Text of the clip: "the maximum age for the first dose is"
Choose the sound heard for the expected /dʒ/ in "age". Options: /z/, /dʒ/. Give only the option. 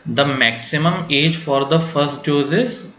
/dʒ/